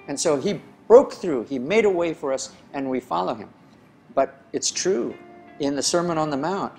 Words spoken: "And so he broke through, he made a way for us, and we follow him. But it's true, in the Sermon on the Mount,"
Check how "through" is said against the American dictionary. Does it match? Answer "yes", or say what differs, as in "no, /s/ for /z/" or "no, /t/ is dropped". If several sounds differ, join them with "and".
yes